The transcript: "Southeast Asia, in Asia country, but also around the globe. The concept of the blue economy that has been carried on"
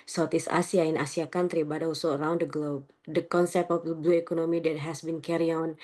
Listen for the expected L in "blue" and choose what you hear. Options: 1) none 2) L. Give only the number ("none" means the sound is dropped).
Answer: 1